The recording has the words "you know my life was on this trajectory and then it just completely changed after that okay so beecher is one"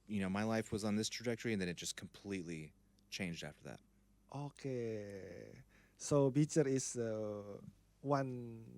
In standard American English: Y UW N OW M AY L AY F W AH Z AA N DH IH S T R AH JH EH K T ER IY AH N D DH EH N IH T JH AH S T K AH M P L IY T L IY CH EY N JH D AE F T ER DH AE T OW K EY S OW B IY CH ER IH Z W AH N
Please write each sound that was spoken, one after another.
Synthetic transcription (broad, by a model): Y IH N OW M AY L AY F W AH Z N DH IH S T R AH JH EH K T ER IY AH N DH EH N IH T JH AH S K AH M P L IY T L IY CH EY N JH D AE F T ER DH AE T OW K EY S OW B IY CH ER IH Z W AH N